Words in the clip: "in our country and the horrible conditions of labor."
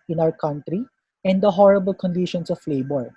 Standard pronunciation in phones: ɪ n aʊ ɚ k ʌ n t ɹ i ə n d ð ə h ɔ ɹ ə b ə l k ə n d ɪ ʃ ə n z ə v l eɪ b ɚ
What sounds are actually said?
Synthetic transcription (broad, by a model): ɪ n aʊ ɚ k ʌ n t ɹ i ə n d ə h ɔ ɹ ə b ə l k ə n d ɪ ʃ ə n s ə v l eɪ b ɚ